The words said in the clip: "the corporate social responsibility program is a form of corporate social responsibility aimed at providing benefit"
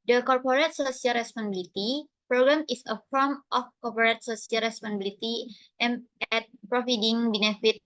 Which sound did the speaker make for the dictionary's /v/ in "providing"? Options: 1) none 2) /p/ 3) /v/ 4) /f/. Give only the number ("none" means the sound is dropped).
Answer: 4